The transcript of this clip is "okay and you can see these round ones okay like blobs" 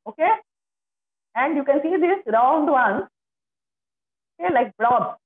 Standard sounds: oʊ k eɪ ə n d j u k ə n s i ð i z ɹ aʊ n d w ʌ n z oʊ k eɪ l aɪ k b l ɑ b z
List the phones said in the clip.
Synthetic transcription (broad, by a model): oʊ k eɪ ə n d j u k ə n s i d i s ɹ aʊ n d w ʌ n oʊ k eɪ l aɪ k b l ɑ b